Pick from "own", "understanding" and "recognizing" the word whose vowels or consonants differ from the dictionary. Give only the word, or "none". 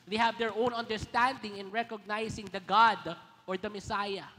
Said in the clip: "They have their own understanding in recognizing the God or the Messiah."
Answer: recognizing